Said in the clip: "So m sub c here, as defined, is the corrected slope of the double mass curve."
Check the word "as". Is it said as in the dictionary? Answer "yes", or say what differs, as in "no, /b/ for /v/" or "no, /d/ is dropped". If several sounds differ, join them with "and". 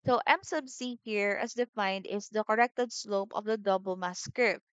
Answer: no, /s/ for /z/